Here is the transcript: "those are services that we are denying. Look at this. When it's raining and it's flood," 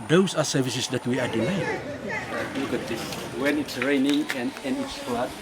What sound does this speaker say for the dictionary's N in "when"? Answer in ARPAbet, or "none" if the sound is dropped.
N